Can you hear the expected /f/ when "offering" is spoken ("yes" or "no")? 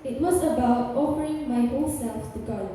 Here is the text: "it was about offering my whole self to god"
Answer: yes